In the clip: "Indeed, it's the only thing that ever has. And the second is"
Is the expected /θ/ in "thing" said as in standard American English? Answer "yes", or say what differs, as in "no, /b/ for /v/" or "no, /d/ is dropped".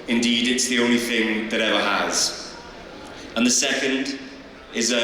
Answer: yes